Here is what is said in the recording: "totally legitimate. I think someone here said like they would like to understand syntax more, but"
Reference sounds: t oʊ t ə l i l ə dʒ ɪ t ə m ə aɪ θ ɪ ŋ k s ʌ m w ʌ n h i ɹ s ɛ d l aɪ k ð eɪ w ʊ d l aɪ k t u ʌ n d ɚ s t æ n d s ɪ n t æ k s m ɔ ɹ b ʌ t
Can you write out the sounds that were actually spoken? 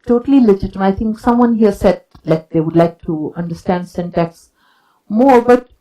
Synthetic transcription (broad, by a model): t oʊ t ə l i l ə dʒ ɪ t ə m ə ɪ t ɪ ŋ k s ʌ m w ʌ n h i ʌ s ɛ d l aɪ k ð eɪ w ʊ d l aɪ k t u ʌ n d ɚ s t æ n d s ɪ n t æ k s m ɔ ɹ b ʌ t